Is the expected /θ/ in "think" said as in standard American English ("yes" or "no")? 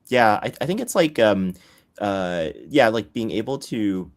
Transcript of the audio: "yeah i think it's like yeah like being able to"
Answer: yes